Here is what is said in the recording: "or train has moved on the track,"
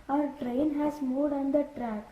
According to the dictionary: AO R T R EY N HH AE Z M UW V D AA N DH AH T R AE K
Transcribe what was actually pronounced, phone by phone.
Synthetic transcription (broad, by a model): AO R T R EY N HH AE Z M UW D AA N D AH T R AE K